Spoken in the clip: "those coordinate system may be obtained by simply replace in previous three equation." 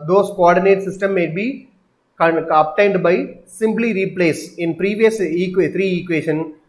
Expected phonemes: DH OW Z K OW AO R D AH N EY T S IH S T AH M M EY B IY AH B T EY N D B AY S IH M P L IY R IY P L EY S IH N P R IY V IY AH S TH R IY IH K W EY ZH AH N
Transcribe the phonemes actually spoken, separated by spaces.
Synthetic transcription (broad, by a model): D OW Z K OW AO R D AH N EY T S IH S T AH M M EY B IY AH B T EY N D B AY S IH M P L IY R IY P L EY S IH N P R IY V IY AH S T R IY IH K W EY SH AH N